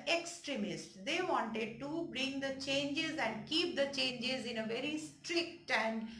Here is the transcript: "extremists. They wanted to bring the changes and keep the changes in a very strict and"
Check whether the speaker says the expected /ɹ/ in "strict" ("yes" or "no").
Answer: yes